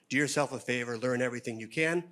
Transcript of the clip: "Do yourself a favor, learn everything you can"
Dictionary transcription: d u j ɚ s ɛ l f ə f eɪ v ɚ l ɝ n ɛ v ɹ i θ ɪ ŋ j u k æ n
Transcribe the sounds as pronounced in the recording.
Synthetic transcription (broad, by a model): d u j ɚ s ɛ l f ə f eɪ v ɚ l ɝ n ɛ v ɹ i θ ɪ ŋ j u k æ n